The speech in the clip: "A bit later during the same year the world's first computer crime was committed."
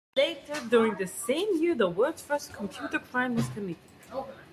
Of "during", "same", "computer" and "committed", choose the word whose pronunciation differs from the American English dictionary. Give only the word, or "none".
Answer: committed